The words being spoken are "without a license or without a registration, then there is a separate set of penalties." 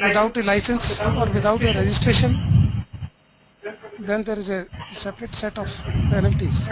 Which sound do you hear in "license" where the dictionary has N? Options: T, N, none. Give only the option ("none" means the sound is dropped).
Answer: N